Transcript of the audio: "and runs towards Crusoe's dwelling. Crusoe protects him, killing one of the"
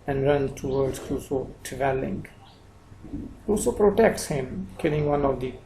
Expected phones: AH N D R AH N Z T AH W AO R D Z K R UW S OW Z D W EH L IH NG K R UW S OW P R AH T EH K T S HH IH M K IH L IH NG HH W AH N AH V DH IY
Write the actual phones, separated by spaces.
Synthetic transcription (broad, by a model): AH N D R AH N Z T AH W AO R D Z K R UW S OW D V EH L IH NG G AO S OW P R AH T EH K T S HH IH M K IH L IH NG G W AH N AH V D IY